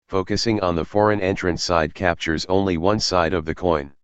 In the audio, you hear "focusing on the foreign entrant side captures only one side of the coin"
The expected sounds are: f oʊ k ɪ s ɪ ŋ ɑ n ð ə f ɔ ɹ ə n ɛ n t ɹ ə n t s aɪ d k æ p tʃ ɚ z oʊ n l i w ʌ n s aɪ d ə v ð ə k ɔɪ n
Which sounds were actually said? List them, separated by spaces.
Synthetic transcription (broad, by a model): f oʊ k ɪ s ɪ ŋ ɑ n ð ə f ɔ ɹ ə n ɛ n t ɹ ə n s aɪ d k æ p tʃ ɚ z oʊ n l i w ʌ n s aɪ d ə v ð ə k ɔɪ n